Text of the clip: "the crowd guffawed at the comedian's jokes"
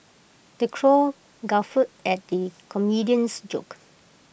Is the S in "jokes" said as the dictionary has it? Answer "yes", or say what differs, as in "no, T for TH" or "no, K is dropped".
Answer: no, S is dropped